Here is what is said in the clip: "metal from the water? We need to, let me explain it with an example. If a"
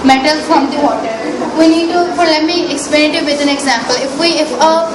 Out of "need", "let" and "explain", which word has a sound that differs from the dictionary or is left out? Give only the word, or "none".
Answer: explain